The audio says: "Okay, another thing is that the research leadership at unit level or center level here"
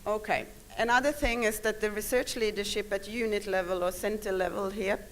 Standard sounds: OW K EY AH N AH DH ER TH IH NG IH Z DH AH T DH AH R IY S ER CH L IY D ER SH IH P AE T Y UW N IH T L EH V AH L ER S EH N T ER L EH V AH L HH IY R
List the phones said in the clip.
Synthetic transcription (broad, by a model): OW K EY AH N AH DH ER TH IH NG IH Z DH AH T DH AH R IY S ER CH L IY D ER SH IH P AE T Y UW N IH T L EH V AH L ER S EH N T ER L EH V AH L HH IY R